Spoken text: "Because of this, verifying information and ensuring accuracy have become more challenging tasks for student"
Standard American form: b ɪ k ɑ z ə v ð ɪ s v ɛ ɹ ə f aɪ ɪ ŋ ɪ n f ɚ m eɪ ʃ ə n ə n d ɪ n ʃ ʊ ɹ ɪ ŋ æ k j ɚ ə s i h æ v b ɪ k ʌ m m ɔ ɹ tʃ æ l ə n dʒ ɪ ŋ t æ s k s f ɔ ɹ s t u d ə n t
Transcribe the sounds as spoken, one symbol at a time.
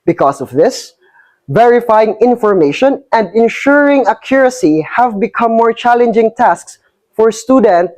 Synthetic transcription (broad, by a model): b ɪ k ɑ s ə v ð ɪ s v ɛ ɹ ə f aɪ ɪ ŋ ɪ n f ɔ m eɪ ʃ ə n ə n d ɪ n ʃ ʊ ɹ ɪ ŋ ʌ k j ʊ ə s i h æ v b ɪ k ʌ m m ɔ ɹ tʃ æ l ə n dʒ ɪ ŋ t æ s k s f ɔ ɹ s t u d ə n t